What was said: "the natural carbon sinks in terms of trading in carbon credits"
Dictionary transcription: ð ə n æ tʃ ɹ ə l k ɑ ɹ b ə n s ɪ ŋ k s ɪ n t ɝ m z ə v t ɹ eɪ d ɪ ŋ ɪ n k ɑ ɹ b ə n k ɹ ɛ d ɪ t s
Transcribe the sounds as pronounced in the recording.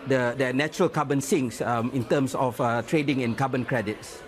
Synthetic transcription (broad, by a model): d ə n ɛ tʃ ɹ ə l k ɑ b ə n s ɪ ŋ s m ɪ n t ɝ m s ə f t ɹ eɪ d ɪ ŋ ɪ n k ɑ b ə n k ɹ ɛ d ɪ t s